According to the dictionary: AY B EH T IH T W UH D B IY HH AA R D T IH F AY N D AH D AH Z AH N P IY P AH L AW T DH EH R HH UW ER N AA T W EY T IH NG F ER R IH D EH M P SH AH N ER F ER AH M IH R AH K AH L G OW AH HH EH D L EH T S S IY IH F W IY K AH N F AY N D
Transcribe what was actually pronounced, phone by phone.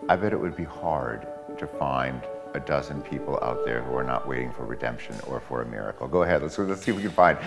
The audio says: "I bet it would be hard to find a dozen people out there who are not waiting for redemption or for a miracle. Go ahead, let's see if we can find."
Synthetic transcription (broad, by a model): AY B EH T IH T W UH D B IY HH AA R D T IH F AY N D AH D AH Z AH N P IY P L AW T DH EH R HH UW ER N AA T W EY T IH NG F ER R IH D EH M P SH AH N ER F ER AH M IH R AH K L G OW AH HH EH D L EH T S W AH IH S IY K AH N F AY N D